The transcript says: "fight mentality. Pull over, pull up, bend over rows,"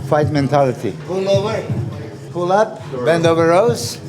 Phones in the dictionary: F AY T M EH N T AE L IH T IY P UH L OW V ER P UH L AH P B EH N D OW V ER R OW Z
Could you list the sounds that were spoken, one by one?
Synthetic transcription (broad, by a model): F AY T M EH N T AE L IH T IY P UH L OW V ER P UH L AH P B EH N D OW V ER R OW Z